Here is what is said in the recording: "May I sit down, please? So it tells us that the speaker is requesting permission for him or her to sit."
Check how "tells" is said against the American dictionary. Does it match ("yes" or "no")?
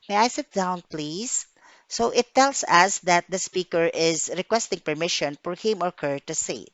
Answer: no